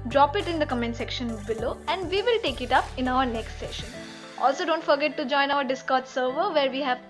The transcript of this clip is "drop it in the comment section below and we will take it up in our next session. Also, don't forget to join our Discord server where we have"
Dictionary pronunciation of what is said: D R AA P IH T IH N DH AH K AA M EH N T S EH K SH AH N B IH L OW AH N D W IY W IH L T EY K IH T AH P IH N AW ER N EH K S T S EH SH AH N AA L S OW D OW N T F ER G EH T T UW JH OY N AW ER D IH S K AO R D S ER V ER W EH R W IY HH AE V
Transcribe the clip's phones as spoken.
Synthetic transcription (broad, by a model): D R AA P IH T IH N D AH K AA M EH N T S EH K SH AH N B IH L OW AH N D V IY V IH L T EY K IH T AH P IH N AW ER N EH K S T S EH SH AH N AA L S OW D OW N T F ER G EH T T UW JH OY N AW ER D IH S K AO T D S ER V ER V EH R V IY HH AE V